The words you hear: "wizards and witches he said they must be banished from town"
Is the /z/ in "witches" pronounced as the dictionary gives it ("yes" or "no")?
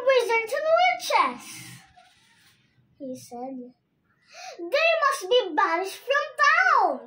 no